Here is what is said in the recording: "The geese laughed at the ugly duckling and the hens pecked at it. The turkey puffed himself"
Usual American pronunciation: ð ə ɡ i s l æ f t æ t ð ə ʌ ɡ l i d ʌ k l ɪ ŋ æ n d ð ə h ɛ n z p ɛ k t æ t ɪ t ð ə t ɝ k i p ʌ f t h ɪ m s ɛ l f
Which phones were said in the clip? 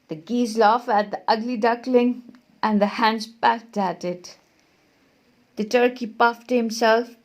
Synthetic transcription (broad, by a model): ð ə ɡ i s l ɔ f æ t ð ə ʌ ɡ l i d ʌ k l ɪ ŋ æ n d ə h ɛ n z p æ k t æ t ɪ t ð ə t ɝ k i p ʌ f t h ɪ m s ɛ l f